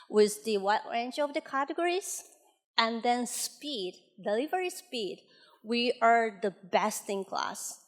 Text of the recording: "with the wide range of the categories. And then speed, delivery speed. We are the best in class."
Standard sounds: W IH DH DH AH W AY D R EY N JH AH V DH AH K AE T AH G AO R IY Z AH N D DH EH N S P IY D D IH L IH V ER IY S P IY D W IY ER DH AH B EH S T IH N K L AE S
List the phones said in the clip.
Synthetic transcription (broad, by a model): W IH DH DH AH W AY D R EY N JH AH V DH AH K AE T AH G AO R IY Z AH N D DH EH N S P IY D D IH L IH V ER IY S P IY D W IY ER DH AH B EH S T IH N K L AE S